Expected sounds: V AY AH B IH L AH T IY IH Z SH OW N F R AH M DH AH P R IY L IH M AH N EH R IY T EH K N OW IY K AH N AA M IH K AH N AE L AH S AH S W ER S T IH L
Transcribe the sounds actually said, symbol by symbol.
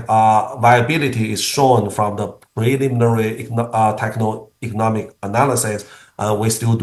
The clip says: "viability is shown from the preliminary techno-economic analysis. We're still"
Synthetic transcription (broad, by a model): V AY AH B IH L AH T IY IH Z SH OW N F R AH M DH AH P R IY L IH M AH N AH R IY T EH K N OW IY K AH N AA M IH K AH N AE L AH S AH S W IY S T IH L